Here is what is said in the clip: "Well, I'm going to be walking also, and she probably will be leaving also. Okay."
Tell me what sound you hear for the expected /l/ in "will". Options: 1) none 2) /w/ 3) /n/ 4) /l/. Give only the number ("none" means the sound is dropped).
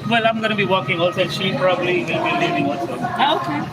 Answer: 3